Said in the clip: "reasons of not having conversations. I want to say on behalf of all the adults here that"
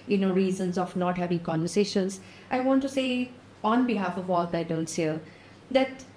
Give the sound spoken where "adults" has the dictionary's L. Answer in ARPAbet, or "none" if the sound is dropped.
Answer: N